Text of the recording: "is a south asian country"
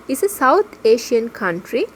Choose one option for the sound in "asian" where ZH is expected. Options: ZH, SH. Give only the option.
SH